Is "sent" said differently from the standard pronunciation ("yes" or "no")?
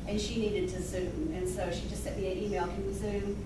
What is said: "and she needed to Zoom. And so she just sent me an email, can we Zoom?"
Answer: yes